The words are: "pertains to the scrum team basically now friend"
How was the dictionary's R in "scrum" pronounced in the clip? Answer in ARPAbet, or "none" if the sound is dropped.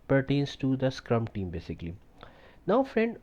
R